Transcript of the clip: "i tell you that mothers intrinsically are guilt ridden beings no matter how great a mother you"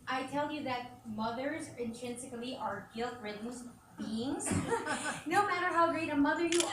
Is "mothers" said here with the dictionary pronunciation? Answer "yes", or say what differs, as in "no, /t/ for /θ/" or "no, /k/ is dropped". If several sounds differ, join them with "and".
yes